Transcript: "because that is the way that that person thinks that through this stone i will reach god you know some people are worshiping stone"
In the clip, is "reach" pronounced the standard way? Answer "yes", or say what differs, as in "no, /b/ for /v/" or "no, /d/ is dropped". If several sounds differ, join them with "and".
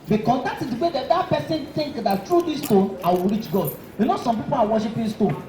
yes